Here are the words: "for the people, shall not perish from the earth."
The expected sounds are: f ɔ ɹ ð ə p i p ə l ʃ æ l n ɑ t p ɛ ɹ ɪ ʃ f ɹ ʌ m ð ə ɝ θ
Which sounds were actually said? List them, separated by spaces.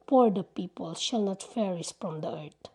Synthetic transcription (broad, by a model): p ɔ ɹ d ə p i p ə l ʃ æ l n ɑ t f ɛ ɹ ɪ s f ɹ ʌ m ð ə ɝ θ